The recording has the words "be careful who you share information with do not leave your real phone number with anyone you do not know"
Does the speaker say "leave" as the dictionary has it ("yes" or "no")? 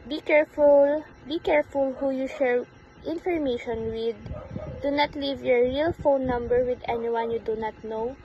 yes